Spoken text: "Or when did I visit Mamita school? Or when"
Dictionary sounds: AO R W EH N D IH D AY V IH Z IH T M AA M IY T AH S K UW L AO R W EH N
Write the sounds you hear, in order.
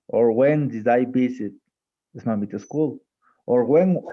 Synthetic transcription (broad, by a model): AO R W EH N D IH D AY P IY S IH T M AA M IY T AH S K UW L AO R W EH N